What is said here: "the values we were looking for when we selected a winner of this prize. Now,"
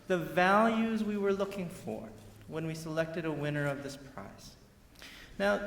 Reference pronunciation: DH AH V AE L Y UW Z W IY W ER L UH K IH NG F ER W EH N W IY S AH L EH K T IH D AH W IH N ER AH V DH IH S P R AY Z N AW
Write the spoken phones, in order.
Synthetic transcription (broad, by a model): DH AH V AE L Y UW Z W IY W ER L UH K IH NG F ER W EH N W IY S AH L EH K T IH D AH W IH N ER AH V DH IH S P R AY S N AW